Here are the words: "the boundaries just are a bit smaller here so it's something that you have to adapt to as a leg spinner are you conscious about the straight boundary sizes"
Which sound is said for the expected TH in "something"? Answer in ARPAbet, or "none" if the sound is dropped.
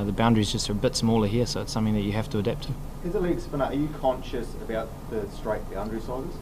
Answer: TH